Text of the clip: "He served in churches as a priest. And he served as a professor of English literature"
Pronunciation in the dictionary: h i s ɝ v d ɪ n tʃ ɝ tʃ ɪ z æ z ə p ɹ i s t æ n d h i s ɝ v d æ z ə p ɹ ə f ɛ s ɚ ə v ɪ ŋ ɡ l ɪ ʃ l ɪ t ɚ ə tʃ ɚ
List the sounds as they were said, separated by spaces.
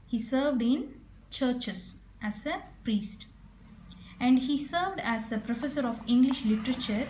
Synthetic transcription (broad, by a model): h i s ɝ v d ɪ n tʃ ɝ tʃ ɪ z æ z ə p ɹ i s t æ n d h i s ɝ v d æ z ə p ɹ ə f ɛ s ɚ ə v ɪ ŋ ɡ l ɪ ʃ l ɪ t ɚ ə tʃ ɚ